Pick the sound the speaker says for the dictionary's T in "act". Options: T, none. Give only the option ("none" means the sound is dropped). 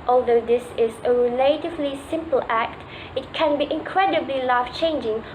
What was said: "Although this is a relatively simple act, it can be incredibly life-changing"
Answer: T